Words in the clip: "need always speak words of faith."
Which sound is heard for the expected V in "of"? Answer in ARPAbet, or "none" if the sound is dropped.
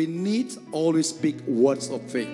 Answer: F